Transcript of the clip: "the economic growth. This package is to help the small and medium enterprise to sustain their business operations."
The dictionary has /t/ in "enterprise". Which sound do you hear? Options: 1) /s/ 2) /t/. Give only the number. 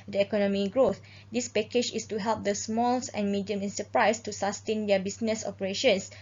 1